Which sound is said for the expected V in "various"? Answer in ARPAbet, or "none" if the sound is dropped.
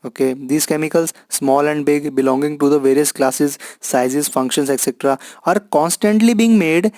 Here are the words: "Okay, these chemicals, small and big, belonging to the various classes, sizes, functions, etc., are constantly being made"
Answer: V